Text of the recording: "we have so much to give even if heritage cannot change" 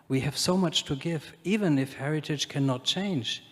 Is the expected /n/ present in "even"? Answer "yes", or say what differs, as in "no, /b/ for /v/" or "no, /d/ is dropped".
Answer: yes